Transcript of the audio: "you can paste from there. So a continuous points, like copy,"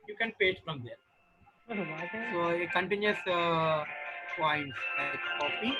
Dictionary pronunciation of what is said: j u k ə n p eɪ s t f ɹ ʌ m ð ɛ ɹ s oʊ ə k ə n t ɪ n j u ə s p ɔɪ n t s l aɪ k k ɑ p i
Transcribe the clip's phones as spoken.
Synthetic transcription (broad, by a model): j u k ə n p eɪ t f ɹ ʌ m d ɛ ɹ s oʊ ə k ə n t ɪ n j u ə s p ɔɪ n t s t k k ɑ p i